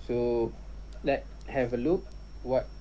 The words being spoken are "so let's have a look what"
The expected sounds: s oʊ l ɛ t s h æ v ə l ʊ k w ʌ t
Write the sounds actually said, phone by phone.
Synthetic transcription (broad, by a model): s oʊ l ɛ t h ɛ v ə l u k w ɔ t